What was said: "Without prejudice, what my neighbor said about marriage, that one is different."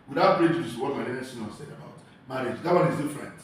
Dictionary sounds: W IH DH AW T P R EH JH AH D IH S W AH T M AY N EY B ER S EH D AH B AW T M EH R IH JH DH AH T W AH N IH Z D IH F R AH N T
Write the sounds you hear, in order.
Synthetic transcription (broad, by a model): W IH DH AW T B R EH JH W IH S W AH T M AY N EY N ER S EH D AH B AW T M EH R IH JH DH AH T W AH N IH Z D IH F R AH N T